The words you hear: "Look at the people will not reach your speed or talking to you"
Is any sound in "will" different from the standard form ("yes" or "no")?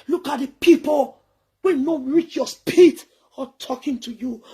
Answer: yes